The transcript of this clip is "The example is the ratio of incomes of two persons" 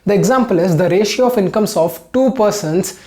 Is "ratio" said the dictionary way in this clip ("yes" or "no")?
yes